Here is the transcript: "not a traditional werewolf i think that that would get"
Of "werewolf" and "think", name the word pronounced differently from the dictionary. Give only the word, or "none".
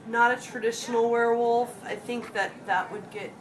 none